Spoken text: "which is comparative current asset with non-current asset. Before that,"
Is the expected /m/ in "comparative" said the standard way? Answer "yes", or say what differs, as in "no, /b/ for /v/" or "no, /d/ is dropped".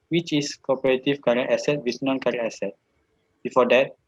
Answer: no, /m/ is dropped